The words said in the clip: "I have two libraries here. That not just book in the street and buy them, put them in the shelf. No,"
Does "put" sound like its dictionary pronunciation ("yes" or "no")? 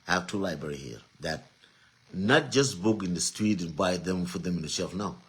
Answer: no